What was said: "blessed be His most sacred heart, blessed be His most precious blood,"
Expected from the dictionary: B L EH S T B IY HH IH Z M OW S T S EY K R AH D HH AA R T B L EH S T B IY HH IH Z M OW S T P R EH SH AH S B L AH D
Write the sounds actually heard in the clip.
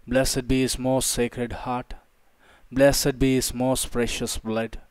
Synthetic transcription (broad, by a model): B L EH S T B IY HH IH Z M OW S T S EY K R AH D HH AA R T B L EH S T B IY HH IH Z M OW S T P R EH SH AH S B L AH D